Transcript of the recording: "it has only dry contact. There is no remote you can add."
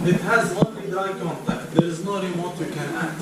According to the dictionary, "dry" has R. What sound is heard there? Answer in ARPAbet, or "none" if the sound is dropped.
none